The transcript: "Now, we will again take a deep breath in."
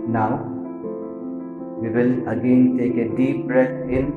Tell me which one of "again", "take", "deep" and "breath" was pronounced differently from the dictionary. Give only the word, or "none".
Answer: breath